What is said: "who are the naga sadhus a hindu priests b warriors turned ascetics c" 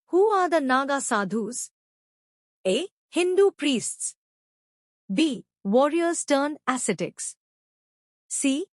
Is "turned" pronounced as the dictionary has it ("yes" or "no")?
no